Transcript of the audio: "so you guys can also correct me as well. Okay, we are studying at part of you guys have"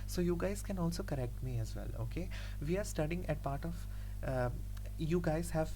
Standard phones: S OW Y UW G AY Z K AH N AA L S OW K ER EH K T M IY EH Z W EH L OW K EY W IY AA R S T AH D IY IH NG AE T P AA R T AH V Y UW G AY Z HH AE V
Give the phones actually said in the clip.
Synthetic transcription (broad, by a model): S OW Y UW G AY Z K AH N AA L S OW K ER EH K T M IY EH Z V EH L OW K EY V IY AA R S T AH D IY IH NG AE T P AA R T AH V Y UW G AY Z HH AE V